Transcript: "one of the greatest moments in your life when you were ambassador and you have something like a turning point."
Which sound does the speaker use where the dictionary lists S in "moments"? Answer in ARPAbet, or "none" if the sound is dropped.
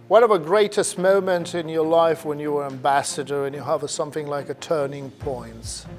none